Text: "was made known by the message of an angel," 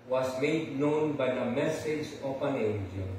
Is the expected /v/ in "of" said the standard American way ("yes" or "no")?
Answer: no